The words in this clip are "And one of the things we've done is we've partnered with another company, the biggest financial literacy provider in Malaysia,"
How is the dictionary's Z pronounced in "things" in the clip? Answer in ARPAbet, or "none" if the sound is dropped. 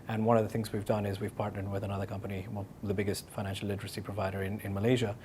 Z